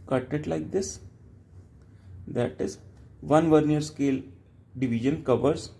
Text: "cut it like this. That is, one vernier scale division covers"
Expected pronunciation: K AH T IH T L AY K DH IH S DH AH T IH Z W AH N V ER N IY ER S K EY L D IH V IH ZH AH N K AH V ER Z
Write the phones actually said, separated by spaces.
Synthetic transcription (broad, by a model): K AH T IH T L AY K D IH S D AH T IH Z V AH N V ER N IY ER S K EY L D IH V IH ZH AH N K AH V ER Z